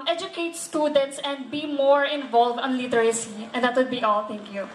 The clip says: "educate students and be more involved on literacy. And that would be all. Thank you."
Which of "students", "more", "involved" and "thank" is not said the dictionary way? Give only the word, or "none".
thank